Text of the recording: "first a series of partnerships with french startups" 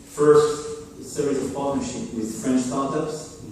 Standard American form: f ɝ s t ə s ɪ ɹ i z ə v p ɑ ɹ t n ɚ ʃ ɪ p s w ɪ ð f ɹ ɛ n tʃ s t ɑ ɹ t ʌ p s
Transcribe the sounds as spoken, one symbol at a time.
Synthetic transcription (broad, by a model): f ɝ s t s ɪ ɹ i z ə v p ɑ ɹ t n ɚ ʃ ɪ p w ɪ ð f ɹ ɛ n tʃ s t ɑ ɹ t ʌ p s